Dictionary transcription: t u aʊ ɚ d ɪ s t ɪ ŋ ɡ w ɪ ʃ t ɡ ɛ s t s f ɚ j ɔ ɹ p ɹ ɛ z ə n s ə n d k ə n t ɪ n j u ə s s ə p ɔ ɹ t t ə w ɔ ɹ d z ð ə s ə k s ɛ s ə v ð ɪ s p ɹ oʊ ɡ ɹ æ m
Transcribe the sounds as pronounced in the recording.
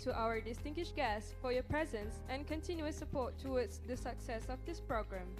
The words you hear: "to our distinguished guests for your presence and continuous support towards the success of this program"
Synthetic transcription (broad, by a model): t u aʊ ɚ d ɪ s t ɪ ŋ ɡ w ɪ ʃ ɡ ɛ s s f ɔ j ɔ p ɹ ɛ z ə n s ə n k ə n t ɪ n j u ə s s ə p ɔ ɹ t t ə w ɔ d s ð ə s ə k s ɛ s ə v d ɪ s p ɹ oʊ ɡ ɹ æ m